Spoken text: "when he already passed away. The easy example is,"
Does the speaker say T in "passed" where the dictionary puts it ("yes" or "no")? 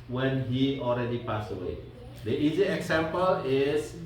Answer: no